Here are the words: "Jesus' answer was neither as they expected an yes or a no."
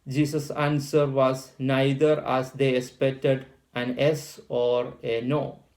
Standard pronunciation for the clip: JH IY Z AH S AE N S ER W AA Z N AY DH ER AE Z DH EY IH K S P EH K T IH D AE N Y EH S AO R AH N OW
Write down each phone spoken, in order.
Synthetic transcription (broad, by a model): JH IY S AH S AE N S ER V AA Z N AY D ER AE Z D EY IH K S P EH K T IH D AE N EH S AO R AH N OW